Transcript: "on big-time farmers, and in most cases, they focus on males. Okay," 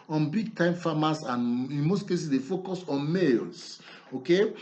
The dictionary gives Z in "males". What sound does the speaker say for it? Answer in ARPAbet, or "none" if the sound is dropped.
S